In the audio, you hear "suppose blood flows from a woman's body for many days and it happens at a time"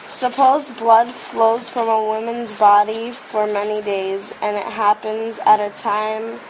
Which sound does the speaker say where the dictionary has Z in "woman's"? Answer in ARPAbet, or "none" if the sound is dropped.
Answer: Z